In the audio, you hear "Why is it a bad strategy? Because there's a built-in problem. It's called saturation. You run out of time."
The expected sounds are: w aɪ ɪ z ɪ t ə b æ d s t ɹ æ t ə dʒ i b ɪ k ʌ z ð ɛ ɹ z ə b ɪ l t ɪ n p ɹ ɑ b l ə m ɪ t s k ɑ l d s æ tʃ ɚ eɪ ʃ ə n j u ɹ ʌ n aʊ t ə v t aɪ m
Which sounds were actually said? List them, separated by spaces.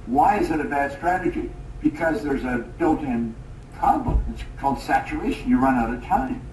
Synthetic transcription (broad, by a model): w aɪ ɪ z ɪ t ə b æ d s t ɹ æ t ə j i b ɪ k ʌ z ð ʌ ɹ z ə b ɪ l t ɪ n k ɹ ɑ b ə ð ɪ t s k ɑ l d s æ tʃ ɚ eɪ ʃ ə n j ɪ ɹ ʌ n aʊ t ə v t aɪ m